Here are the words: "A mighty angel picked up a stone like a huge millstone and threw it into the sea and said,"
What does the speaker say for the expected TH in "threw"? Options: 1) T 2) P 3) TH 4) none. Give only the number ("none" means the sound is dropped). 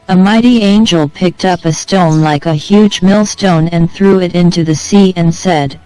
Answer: 3